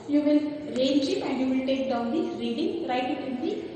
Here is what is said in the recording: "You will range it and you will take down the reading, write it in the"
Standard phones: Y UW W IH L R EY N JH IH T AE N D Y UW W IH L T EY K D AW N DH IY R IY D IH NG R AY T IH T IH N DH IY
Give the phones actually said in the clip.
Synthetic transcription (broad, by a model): Y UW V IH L R EY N SH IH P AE N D Y UW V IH L T EY K D AW N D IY R IY D IH NG R AY T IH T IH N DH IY